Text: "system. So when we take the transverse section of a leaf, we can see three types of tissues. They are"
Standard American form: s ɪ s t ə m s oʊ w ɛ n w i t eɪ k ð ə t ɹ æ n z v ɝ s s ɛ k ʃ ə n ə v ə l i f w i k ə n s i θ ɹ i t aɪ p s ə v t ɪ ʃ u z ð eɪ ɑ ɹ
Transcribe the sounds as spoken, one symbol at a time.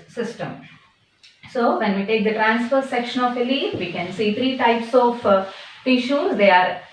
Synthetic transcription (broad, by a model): s ɪ s t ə m s oʊ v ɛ n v i t eɪ k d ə t ɹ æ n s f ɝ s s ɛ k ʃ ə n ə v ə l i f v i k ə n s i t ɹ i t aɪ p s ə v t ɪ ʃ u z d eɪ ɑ ɹ